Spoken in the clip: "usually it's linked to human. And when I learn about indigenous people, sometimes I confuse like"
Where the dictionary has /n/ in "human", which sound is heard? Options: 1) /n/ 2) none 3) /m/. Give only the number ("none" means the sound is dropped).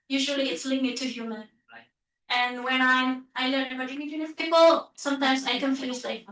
1